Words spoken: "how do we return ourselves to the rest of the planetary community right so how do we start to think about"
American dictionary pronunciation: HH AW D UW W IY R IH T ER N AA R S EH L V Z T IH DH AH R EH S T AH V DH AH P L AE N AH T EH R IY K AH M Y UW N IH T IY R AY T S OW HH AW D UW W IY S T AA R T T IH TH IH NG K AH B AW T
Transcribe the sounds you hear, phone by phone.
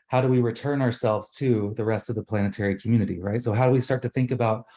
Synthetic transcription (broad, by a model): HH AW D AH W IY R IH T ER N AA R S EH L V Z T IH DH AH R EH S T AH V DH AH P L AE N AH T EH R IY K M Y UW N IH T IY R AY T S OW HH AW D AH W IY S T AA R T T IH TH IH NG K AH B AW T